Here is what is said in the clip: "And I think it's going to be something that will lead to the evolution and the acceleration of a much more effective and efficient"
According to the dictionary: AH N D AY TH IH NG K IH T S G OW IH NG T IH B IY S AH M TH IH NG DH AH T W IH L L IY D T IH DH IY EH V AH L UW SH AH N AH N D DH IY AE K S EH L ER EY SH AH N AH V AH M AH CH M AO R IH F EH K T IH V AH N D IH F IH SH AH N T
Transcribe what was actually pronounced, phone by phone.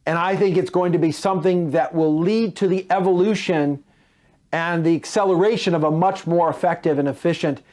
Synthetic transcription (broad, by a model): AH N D AY TH IH NG K IH T S G OW IH NG T IH B IY S AH M TH IH NG DH AH T W IH L L IY D T IH DH IY EH V AH L UW SH AH N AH N DH IY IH K S EH L ER EY SH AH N AH V AH M AH CH M AO R IH F EH K T IH V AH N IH F IH SH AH N T